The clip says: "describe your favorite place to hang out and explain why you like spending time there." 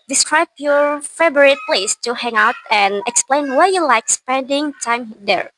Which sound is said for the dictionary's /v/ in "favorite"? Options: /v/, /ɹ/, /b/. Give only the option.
/b/